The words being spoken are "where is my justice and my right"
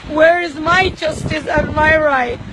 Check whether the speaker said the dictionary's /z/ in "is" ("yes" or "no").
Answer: yes